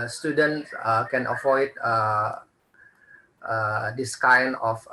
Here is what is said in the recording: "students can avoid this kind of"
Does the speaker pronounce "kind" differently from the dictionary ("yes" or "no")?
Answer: yes